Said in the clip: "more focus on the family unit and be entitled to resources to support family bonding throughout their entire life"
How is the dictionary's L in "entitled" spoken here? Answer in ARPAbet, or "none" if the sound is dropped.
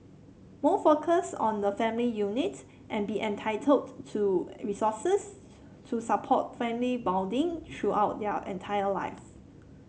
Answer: L